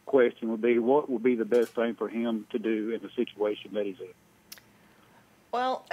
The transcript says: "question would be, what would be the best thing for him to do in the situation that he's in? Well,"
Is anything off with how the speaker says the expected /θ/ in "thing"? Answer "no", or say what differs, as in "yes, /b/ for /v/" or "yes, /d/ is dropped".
no